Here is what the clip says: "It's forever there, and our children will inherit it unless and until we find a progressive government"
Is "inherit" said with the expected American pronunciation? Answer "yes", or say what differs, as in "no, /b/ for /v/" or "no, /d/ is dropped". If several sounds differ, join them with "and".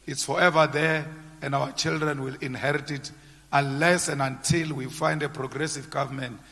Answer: yes